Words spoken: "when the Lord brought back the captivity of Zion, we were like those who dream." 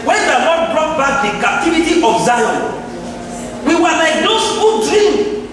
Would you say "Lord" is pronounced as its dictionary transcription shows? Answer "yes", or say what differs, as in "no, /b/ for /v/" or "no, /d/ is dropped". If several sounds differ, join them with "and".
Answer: no, /n/ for /l/